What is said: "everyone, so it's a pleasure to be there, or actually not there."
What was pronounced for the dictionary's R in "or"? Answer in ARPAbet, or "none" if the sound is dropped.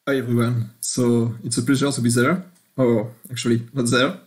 W